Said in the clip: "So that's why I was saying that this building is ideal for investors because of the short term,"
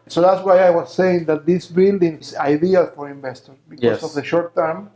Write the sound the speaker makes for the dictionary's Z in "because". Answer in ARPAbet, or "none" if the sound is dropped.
S